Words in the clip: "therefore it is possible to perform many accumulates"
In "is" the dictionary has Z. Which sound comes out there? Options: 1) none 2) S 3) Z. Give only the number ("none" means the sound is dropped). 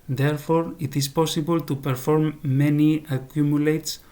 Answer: 2